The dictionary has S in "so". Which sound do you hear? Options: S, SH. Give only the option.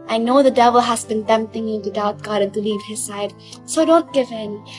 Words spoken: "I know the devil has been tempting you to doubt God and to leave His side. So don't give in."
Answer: S